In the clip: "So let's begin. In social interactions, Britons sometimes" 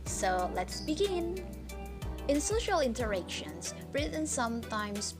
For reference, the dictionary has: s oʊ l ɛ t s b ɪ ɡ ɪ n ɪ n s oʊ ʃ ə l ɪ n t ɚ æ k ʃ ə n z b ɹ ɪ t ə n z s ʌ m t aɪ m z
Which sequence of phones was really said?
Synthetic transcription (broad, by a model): s oʊ l ɛ t s b ɪ ɡ ɪ n ɪ n s oʊ ʃ ə l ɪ n t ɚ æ k ʃ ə n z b ɹ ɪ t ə n s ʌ m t aɪ m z